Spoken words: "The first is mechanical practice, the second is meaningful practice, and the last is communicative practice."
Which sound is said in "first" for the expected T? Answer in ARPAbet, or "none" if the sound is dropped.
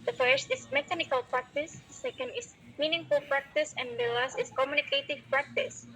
T